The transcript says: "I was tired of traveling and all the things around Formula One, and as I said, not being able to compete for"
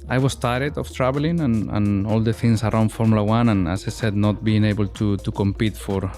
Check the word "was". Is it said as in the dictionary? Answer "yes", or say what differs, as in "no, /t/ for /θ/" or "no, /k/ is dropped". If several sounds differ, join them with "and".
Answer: no, /s/ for /z/